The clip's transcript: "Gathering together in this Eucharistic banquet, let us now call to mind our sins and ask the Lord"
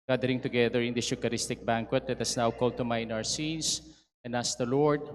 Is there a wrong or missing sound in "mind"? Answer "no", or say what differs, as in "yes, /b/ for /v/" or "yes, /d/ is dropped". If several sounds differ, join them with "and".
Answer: yes, /d/ is dropped